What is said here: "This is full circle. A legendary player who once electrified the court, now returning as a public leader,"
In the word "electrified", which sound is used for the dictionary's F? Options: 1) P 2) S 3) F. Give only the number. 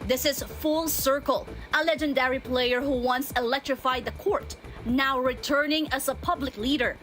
3